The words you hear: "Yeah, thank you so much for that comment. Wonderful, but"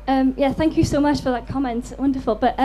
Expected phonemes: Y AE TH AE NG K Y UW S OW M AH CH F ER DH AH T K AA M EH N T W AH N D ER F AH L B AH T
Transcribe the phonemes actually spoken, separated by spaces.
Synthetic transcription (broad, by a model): Y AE TH AE NG K Y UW S OW M AH CH F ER DH AH T K AA M EH N T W AH N D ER F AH L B AH T